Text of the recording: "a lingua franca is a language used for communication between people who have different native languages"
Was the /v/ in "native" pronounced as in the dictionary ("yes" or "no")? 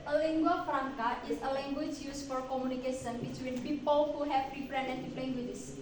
no